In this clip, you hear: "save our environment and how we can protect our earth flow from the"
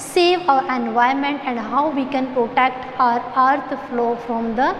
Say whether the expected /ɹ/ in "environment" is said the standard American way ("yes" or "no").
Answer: no